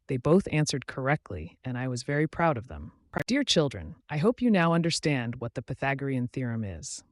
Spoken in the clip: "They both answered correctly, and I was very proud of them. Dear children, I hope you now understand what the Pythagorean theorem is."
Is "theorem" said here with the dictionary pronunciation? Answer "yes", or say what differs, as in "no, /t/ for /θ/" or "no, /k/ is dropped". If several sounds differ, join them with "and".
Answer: yes